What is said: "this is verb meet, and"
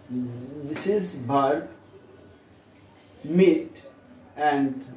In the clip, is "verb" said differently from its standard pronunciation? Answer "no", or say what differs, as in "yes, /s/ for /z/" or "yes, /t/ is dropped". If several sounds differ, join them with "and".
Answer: yes, /b/ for /v/